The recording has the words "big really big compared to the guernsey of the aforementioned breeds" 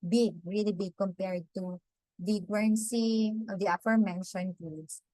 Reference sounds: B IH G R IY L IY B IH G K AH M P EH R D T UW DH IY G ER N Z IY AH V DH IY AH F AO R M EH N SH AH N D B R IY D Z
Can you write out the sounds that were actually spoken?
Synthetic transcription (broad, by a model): B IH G R IY L IY B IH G K AH M P EH R D T UW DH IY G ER N S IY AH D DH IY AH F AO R M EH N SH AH N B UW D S